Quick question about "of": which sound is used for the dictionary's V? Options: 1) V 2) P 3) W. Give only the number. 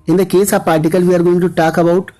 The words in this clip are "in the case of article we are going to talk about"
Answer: 2